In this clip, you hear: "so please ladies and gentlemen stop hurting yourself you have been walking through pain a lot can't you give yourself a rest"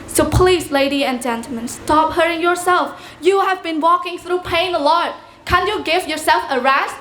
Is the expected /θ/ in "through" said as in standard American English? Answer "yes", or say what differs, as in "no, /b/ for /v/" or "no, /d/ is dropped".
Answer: yes